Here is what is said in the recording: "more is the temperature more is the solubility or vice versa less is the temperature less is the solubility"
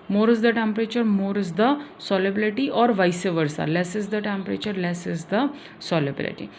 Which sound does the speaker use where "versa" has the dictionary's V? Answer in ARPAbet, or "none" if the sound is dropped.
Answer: V